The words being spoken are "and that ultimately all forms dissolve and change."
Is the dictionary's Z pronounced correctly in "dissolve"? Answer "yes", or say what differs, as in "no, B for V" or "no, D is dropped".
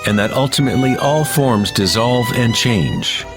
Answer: yes